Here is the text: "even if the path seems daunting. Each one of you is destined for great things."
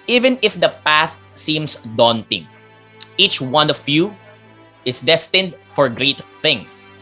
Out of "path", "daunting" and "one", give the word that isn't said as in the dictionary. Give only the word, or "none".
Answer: none